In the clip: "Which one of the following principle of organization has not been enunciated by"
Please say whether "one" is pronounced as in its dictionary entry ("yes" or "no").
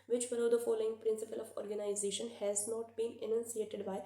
no